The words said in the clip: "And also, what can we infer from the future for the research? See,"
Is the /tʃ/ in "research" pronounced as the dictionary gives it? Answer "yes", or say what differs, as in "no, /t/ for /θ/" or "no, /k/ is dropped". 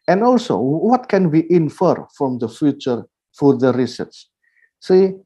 no, /s/ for /tʃ/